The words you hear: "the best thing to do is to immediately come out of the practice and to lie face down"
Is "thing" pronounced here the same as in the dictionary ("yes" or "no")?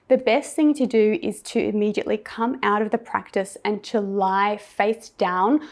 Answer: yes